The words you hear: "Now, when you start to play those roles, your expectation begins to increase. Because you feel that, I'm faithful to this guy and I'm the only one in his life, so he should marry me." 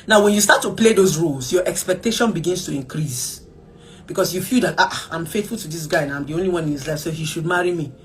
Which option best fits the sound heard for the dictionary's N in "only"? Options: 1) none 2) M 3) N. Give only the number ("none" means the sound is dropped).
3